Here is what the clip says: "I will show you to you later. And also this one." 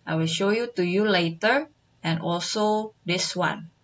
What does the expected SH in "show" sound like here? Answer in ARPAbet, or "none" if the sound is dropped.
SH